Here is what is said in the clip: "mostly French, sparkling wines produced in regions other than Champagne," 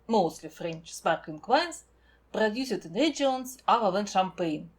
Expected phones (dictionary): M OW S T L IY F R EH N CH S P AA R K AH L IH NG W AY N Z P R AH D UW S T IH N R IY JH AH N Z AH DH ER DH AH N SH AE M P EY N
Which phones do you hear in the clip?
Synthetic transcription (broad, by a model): M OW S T L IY F R EH N CH S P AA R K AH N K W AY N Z P R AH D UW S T IH N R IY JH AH N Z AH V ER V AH N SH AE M P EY N